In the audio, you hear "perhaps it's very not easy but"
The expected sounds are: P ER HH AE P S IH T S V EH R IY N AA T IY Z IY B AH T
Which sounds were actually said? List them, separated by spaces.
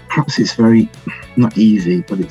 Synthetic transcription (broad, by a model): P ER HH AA P S IH T S V EH R IY N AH T IY Z IY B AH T